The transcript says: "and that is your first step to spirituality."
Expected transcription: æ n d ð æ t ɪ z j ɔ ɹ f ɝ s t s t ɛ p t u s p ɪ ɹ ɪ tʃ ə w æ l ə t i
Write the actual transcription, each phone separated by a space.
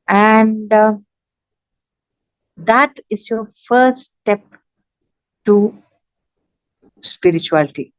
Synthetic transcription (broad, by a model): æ n d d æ t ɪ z j ɔ ɹ f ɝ t s t ɛ p t u s p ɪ ɹ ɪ tʃ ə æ l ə t i